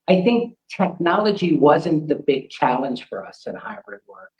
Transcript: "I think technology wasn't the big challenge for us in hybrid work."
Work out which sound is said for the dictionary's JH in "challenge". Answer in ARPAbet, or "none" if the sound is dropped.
ZH